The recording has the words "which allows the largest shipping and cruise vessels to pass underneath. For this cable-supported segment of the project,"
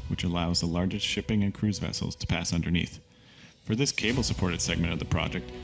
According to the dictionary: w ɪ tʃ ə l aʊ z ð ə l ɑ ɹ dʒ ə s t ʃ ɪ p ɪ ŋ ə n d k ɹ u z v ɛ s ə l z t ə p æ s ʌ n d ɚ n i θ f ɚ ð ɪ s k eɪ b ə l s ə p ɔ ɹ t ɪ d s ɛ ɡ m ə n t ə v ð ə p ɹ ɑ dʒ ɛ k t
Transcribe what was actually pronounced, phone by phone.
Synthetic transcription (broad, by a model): w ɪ tʃ ə l aʊ z ð ə l ɑ ɹ dʒ ə s t ʃ ɪ p ɪ ŋ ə n k ɹ u z v ɛ s l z t ə p æ s ʌ n d ɚ n i θ f ɚ ð ɪ s k eɪ b l s ə p ɔ ɹ t ɪ d s ɛ ɡ m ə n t ə v ð ə p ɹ ɑ dʒ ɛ k t